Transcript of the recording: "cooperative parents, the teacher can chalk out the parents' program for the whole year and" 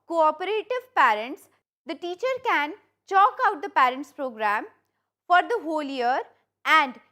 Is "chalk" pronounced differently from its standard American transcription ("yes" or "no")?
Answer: no